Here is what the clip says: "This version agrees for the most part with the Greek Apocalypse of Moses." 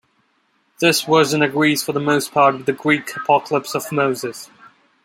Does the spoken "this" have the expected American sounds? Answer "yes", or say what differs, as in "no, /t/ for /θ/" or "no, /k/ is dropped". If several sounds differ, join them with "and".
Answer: yes